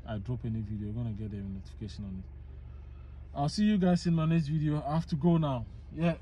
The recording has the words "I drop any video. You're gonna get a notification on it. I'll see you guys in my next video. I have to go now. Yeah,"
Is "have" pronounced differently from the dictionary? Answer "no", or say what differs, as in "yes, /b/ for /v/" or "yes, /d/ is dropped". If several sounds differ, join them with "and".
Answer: yes, /f/ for /v/